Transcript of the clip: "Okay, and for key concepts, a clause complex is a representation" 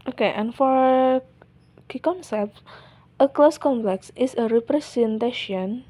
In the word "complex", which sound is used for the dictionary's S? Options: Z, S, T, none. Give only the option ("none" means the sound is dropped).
S